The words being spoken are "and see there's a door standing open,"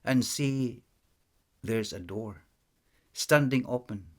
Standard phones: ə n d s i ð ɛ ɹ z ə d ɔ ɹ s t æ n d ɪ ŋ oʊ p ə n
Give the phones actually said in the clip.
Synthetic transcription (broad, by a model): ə n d s i ð ɛ ɹ z ə d ɔ ɹ s t æ n d ɪ ŋ oʊ p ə n